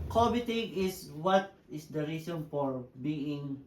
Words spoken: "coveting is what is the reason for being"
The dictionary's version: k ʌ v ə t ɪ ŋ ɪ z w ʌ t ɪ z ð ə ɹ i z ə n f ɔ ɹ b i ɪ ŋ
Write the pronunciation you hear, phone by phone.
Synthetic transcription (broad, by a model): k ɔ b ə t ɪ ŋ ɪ s w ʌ t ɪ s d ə ɹ i s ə n f ɔ ɹ b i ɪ ŋ